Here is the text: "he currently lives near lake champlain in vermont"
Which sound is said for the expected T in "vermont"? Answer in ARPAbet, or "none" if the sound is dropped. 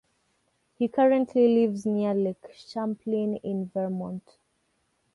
T